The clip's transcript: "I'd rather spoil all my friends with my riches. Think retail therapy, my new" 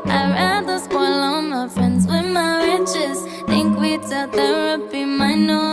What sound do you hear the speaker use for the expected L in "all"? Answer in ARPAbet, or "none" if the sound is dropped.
N